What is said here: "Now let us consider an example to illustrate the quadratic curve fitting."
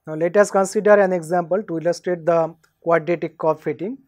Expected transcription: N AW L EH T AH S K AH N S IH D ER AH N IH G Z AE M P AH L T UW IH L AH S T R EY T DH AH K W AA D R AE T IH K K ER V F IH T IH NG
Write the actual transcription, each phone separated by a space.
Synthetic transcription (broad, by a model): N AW L EH T AH S K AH N S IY D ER AH N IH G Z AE M P AH L T UW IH L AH S T R EY T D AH K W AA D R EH T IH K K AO P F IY T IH NG